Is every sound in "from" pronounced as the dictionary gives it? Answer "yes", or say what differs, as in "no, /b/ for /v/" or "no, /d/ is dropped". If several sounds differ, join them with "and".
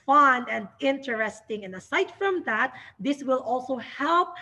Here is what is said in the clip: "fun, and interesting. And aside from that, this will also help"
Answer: yes